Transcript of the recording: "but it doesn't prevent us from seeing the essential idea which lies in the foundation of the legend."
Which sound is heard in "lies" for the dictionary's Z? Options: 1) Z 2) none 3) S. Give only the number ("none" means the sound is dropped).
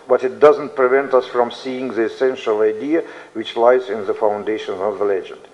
1